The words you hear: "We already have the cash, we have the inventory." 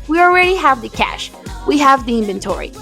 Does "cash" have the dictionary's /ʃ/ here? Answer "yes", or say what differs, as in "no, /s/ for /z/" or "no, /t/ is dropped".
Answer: yes